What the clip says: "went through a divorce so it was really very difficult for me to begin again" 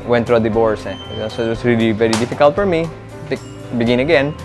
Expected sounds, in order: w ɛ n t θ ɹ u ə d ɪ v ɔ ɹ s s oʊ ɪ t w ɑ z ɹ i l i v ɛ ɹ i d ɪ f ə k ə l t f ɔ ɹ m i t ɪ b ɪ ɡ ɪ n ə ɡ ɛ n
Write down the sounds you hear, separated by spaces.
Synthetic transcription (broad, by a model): w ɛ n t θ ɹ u ə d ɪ b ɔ ɹ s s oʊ ɪ t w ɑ s ɹ i l i v ɛ ɹ i d ɪ f ə k ə l t f ɔ ɹ m i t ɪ b ɪ ɡ ɪ n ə ɡ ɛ n